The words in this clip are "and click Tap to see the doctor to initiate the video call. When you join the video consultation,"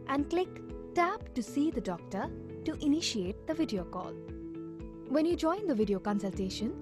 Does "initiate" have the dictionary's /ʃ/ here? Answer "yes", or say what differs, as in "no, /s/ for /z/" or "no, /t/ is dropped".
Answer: yes